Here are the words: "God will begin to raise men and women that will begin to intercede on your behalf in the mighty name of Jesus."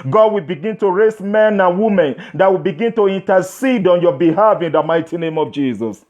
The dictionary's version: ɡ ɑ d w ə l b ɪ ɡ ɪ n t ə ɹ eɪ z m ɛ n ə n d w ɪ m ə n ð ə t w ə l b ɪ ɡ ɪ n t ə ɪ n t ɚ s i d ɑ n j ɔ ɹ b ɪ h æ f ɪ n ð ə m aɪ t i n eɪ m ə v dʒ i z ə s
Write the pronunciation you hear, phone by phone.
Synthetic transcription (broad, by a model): ɡ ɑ d w ə l b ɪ ɡ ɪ n t ə ɹ eɪ s m ɛ n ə n w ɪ m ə n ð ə t w ə l b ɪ ɡ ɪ n t ə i n t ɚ s i d ɑ n j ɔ b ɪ h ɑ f ɪ n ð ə m aɪ t i n eɪ m ə v dʒ i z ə s